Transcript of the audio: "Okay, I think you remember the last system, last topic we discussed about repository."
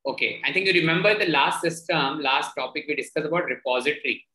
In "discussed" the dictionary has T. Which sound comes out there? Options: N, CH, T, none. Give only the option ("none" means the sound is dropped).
none